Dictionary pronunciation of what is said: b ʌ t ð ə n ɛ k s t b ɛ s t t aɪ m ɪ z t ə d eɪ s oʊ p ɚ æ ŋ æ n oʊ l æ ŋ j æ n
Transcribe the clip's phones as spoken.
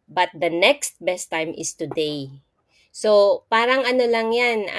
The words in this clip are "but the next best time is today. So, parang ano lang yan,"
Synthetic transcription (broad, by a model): b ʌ t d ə n ɛ k s t b ɛ s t t aɪ m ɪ s t ə d eɪ s oʊ p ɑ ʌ ŋ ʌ n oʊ l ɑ ŋ j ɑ n